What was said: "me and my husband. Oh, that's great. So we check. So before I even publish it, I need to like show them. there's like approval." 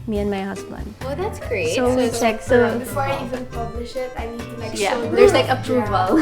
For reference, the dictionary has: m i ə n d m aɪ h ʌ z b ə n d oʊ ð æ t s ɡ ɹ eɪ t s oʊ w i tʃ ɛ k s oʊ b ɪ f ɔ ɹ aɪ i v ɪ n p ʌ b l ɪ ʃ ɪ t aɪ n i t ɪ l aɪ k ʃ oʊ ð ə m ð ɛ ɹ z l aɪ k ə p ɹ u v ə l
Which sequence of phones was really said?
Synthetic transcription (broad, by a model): m i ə n m aɪ h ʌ s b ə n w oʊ ð æ t s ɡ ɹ eɪ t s oʊ w i tʃ ɛ k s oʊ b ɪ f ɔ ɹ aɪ i v ɪ n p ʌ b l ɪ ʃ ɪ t aɪ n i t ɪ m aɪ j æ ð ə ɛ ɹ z l aɪ k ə p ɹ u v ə l